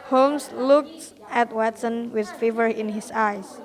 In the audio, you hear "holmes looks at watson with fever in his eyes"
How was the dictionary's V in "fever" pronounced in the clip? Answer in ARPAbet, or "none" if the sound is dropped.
V